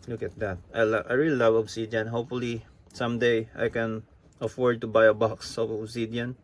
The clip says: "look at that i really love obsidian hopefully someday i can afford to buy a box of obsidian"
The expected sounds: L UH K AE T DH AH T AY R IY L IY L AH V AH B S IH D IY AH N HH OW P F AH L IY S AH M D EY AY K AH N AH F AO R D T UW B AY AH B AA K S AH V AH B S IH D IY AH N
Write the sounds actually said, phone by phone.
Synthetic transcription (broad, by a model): L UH K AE T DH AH T AY R IY L IY L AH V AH B S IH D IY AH N HH OW P F AH L IY S AH M D EY AY K AH N AH F AO R D T UW B AY AH B AA K S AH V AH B S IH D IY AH N